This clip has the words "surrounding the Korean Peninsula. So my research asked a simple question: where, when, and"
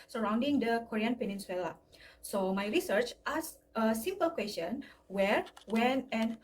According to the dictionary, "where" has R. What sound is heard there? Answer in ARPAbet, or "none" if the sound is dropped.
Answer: R